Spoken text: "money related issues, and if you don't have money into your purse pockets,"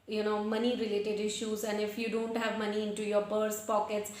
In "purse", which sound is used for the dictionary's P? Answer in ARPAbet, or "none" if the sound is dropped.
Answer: B